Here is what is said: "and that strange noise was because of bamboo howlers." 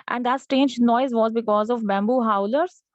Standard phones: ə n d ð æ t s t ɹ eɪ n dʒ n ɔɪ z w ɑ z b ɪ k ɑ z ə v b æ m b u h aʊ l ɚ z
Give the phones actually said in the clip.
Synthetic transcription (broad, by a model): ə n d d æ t s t eɪ n dʒ n ɔɪ z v ɑ z b ɪ k ɑ z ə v b æ m b u h aʊ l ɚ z